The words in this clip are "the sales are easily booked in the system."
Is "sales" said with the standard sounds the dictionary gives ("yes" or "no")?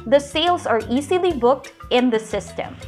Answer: yes